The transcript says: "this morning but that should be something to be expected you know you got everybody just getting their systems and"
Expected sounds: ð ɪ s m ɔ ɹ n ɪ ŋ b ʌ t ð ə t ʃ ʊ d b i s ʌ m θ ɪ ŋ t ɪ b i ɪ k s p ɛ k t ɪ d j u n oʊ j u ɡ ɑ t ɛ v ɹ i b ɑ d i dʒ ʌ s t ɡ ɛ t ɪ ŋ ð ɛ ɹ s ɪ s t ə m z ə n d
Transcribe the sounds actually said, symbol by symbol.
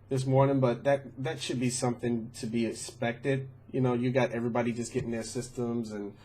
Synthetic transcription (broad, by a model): ð ɪ s m ɔ ɹ n ɪ ŋ b ʌ t ð ə t ʃ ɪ d b i s ʌ m θ ɪ ŋ t ɪ b i ɪ k s p ɛ k t ɪ d j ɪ n oʊ j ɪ ɡ ɑ t ɛ v ɹ i b ɑ d i dʒ ʌ s ɡ ɛ t ɪ ŋ ð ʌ ɹ s ɪ s t ə m z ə n